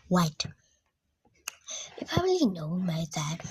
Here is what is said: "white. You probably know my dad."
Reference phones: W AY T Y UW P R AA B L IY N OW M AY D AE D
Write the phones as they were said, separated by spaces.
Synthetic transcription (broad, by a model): W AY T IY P AA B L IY N OW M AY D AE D